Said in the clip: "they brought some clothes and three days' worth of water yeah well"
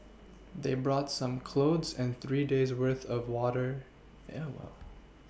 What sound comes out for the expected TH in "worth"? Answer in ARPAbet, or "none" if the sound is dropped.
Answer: TH